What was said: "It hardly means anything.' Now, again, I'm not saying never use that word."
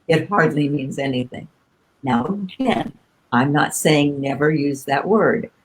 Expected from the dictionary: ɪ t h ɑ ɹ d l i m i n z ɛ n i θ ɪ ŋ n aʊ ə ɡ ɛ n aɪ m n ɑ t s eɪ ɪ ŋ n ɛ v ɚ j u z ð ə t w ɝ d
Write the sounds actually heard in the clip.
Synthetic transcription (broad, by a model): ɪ t h ɑ ɹ d l i m i n z ɛ n i θ ɪ ŋ n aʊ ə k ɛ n aɪ m n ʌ t s eɪ ɪ ŋ n ɛ v ɚ j u z ð ə t w ɝ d